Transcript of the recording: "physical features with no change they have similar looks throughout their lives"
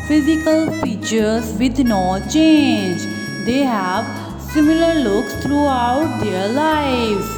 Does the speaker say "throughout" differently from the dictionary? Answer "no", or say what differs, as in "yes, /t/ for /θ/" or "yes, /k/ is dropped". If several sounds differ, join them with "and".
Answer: yes, /t/ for /θ/